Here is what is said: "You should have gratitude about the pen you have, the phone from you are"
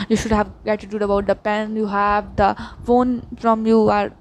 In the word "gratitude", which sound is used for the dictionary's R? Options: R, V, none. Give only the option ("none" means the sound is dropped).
none